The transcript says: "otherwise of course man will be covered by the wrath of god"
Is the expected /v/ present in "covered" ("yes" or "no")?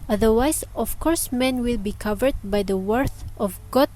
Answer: yes